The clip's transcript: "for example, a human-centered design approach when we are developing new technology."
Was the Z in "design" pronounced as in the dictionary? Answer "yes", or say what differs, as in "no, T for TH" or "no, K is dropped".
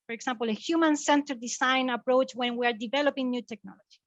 no, S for Z